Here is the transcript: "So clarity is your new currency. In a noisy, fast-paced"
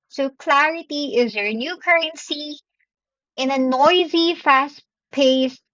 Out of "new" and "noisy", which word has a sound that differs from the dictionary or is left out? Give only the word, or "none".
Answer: none